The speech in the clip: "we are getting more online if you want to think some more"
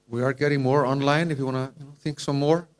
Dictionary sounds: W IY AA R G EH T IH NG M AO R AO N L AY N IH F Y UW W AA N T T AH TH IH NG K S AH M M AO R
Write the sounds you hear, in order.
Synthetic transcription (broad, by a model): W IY AA R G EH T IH NG M AO R AO N L AY N IH F Y UW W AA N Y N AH T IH NG K S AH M M AO R